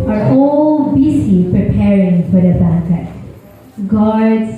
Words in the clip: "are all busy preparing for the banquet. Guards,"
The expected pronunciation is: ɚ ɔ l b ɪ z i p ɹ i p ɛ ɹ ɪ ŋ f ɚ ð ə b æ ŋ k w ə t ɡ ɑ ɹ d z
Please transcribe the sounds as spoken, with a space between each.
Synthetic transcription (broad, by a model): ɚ ɔ l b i s i p ɹ i p ɛ ɹ ɪ ŋ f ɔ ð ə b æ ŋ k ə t ɡ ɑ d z